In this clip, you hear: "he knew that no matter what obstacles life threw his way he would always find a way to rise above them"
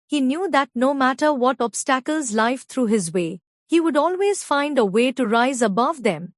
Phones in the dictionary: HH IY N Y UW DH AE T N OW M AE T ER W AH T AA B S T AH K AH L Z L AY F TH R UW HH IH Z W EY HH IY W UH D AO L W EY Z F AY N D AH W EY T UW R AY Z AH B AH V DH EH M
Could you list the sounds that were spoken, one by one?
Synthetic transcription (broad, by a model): HH IY N Y UW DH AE T N OW M AE T ER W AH T AA B S T AH K AH L Z L AY F T R UW HH IH Z W EY HH IY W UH D AO L W EY Z F AY N D AH W EY T UW R AY Z AH B AH V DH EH M